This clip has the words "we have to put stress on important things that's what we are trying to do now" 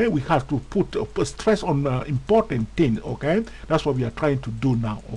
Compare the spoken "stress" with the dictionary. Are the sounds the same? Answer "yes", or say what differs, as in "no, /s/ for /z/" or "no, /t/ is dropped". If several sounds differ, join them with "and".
yes